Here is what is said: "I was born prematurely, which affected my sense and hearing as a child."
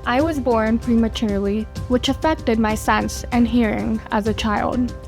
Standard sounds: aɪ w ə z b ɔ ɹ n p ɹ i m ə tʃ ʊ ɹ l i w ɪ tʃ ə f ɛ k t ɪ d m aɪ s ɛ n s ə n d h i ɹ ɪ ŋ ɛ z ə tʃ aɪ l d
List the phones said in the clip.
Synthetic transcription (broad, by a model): aɪ w ə z b ɔ ɹ n p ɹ i m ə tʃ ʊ ɹ l i w ɪ tʃ ə f ɛ k t ɪ d m aɪ s ɛ n s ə n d h i ɹ ɪ ŋ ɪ z ə tʃ aɪ l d